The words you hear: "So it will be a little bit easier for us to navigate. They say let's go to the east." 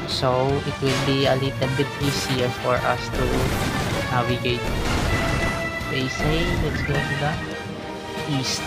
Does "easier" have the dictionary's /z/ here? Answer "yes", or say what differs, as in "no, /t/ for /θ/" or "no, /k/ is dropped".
no, /s/ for /z/